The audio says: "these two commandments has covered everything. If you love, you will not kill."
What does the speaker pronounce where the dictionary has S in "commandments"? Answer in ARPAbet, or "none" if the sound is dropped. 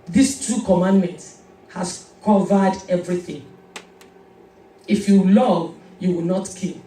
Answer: none